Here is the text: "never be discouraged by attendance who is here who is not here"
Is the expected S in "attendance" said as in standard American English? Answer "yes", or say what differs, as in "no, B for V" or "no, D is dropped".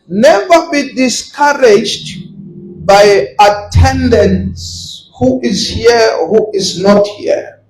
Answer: yes